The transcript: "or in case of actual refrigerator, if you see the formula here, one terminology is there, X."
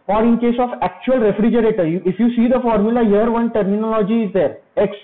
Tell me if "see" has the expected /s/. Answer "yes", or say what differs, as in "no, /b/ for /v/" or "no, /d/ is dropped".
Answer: yes